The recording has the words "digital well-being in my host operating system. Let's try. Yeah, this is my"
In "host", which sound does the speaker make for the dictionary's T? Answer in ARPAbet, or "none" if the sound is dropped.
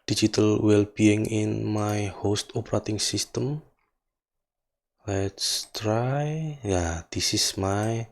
T